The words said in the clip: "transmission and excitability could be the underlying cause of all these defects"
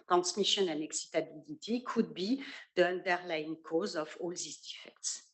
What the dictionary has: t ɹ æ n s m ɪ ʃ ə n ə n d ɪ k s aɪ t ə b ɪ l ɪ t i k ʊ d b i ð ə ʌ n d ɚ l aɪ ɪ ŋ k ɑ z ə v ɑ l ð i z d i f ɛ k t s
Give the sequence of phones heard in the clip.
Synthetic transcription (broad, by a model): t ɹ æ n s m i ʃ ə n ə n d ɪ k s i t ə b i l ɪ t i k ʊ d b i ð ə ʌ n d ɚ l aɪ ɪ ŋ k ɑ z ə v ɑ l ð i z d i f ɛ k t s